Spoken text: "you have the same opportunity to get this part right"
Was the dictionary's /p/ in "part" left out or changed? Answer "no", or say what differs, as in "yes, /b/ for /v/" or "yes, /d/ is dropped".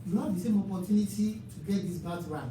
yes, /b/ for /p/